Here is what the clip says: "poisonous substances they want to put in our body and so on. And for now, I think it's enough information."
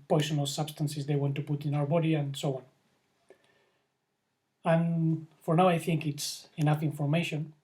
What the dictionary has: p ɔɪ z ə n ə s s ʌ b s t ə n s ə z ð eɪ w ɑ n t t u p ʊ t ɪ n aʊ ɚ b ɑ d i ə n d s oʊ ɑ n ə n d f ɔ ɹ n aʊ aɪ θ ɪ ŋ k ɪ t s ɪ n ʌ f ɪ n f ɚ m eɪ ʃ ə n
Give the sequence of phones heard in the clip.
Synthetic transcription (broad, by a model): p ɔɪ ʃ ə n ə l s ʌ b s t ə n s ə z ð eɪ w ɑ n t t u p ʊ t ɪ n aʊ ɚ b ɑ d i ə n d s oʊ ɑ n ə n f ɔ ɹ n aʊ aɪ θ ɪ ŋ k ɪ t s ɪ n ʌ f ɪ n f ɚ m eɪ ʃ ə n